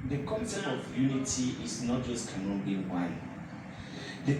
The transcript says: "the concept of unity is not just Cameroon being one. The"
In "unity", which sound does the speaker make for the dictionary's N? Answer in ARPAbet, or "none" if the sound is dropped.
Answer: N